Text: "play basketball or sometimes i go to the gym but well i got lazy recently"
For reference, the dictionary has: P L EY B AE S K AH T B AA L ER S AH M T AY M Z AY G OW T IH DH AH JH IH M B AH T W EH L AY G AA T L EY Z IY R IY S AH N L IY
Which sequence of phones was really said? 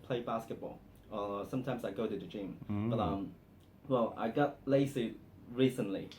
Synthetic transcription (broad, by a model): P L EY B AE S K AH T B AA L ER S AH M T AY M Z AY G OW T IH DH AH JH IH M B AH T W EH L AY G AA T L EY S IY R IY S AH N L IY